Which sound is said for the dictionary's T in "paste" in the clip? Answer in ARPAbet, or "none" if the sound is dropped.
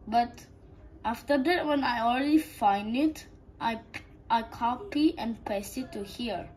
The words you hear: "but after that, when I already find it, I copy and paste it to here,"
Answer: none